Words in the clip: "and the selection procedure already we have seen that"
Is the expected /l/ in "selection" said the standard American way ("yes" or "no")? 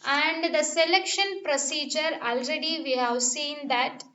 yes